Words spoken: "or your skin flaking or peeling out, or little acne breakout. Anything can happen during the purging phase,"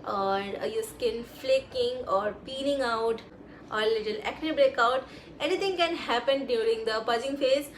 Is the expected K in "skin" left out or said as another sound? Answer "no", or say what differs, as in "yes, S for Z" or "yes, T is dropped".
no